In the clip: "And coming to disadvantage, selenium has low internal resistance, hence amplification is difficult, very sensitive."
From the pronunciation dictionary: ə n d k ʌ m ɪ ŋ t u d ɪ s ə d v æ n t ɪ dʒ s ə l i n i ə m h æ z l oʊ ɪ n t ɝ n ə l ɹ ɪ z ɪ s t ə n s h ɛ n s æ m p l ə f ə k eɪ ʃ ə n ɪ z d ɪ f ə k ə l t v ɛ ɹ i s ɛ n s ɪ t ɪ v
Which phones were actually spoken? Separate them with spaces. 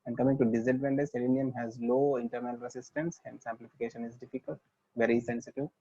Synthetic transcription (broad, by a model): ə n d k ʌ m ɪ ŋ t u d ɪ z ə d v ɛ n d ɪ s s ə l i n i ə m h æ z l oʊ ɪ n t ɝ n ə l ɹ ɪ s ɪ s t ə n s h ɛ n s æ m p l ə f ə k eɪ ʃ ə n ɪ z d ɪ f ə k ə l t v ɛ ɹ i s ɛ n s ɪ t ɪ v